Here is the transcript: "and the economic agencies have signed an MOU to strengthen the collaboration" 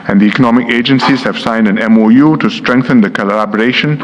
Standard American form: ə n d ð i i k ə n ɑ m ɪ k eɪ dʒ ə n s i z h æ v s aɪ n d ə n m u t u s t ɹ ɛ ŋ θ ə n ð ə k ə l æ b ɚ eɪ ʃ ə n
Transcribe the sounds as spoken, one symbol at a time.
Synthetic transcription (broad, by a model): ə n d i i k ə n ɑ m ɪ k eɪ dʒ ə n s i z h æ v s aɪ n d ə n m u t u s t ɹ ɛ ŋ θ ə n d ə k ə l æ b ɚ eɪ ʃ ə n